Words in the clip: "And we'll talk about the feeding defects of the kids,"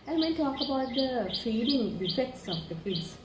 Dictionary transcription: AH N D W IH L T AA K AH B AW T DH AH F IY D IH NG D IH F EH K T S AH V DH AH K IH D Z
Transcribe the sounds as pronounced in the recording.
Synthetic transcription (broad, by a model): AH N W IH N T AA K AH B AW T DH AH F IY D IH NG D IH F EH K T S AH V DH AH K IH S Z